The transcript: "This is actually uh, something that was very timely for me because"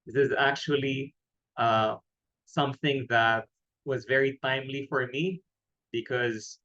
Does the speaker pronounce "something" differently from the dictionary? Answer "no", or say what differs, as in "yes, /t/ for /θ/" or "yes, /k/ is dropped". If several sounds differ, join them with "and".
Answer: no